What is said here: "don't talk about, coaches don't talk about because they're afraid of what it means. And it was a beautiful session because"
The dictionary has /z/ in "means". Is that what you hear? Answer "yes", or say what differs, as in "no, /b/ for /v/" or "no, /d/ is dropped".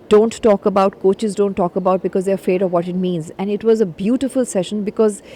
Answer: yes